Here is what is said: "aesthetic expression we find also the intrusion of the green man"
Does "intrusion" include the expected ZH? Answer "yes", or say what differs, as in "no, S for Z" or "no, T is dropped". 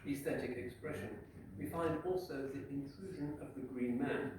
yes